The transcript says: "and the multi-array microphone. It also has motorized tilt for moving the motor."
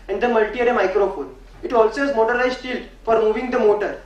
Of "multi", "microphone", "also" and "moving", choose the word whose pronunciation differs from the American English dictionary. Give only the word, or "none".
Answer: none